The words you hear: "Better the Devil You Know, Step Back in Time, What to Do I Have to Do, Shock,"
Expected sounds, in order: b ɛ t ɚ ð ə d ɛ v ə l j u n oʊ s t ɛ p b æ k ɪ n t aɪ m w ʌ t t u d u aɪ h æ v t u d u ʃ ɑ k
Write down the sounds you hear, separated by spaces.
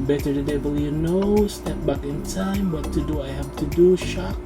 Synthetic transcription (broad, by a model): b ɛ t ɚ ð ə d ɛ b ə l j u n oʊ s t ɛ p b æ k ɪ n t aɪ m w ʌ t t u d u aɪ h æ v t u d u ʃ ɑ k